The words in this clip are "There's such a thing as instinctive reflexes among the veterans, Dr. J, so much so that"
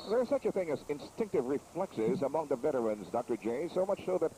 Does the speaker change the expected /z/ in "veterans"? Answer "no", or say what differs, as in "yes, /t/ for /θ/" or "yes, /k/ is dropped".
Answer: no